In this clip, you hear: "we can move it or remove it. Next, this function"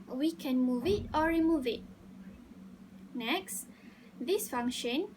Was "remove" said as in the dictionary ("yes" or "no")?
yes